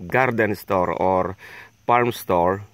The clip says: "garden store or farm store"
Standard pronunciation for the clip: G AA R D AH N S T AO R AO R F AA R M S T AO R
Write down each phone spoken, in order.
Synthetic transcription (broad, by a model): G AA R D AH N S T AO R AO R P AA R M S T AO R